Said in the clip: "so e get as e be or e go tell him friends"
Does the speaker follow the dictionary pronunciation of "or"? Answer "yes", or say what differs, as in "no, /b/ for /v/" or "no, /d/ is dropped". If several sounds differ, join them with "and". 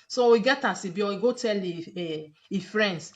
no, /w/ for /ɹ/